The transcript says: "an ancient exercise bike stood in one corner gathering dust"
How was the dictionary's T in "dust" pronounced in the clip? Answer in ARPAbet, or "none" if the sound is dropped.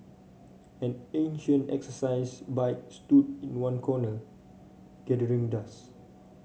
none